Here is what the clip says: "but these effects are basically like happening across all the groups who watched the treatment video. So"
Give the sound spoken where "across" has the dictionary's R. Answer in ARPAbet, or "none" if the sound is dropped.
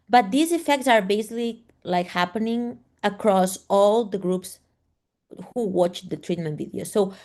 R